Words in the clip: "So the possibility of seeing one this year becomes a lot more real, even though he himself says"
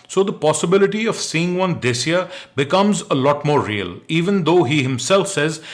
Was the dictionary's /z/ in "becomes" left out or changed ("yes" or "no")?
no